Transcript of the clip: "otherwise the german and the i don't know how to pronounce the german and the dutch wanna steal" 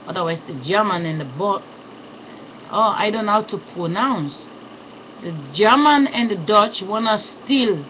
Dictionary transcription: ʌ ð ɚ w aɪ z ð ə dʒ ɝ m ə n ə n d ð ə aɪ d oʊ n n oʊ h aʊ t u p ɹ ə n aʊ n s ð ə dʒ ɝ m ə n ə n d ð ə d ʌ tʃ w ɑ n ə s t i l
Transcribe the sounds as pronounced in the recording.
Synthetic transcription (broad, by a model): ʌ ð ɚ w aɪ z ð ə dʒ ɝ m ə n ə n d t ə aɪ d oʊ n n h aʊ t u p ɹ ə n aʊ n s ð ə dʒ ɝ m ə n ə n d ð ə d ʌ tʃ w ɑ n ə s t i l